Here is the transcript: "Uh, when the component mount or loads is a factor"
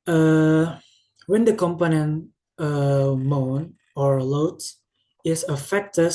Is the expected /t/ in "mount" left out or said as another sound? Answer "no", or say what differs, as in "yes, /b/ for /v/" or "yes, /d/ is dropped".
yes, /t/ is dropped